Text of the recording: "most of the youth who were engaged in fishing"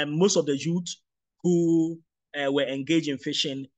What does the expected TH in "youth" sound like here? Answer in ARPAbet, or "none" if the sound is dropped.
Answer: S